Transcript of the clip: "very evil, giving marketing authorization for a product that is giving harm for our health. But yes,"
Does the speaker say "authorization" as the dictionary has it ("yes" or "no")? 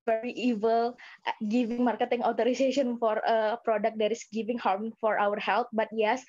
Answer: no